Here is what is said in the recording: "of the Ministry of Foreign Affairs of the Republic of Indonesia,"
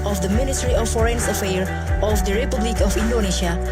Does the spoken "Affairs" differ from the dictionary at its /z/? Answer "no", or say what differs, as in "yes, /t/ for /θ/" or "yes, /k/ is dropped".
yes, /z/ is dropped